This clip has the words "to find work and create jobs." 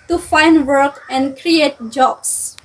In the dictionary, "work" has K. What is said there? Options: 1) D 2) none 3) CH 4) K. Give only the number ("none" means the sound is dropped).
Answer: 4